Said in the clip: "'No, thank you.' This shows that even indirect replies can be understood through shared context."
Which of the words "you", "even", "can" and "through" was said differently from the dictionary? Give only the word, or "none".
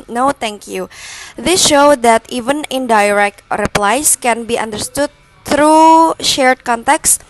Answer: through